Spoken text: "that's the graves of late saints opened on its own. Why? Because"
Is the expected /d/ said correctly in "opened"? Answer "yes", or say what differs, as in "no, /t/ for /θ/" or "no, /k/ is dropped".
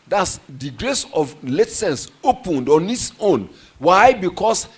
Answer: yes